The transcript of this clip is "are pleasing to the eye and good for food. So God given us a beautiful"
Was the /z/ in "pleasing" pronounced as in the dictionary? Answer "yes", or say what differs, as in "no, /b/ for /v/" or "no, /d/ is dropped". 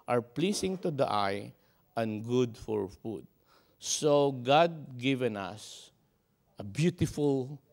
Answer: no, /s/ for /z/